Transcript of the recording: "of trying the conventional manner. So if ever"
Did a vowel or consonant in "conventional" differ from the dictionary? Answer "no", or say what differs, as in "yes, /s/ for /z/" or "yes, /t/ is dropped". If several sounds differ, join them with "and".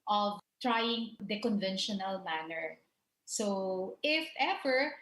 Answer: no